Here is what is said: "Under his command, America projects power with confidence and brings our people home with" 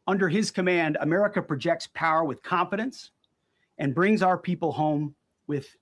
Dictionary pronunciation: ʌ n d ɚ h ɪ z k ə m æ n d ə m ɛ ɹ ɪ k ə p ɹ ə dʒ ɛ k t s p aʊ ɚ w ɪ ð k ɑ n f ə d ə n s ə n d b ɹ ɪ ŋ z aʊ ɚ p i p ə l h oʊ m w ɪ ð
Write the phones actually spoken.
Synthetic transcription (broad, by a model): ʌ n d ɚ ɪ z k ə m æ n d ə m ɛ ɹ ɪ k ə p ɹ ə dʒ ɛ k t s p aʊ ɚ w ɪ ð k ɑ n f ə d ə n s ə n b ɹ ɪ ŋ z aʊ ɚ p i p l h oʊ m w ɪ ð